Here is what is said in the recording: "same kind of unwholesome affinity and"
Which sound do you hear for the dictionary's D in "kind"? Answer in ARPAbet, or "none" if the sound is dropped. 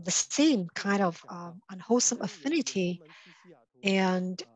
D